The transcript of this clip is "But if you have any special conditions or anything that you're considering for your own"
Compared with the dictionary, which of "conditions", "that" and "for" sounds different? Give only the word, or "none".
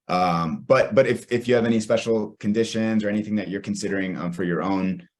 none